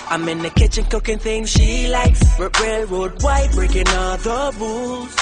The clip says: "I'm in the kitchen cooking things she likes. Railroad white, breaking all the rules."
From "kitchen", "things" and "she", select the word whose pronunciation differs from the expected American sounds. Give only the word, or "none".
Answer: none